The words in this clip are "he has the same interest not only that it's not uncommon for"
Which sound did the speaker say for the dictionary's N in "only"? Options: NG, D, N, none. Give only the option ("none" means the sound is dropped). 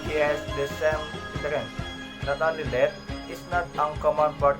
none